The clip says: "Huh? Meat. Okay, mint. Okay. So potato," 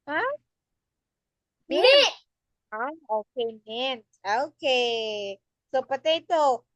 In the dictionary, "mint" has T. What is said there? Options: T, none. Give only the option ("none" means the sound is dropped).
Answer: none